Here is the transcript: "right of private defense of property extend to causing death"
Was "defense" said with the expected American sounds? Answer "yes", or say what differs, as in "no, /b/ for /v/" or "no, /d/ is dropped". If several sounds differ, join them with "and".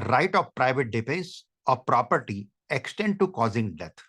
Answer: no, /n/ is dropped